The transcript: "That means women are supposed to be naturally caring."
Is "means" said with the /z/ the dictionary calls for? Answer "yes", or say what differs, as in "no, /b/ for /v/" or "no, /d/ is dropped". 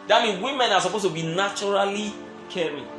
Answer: no, /z/ is dropped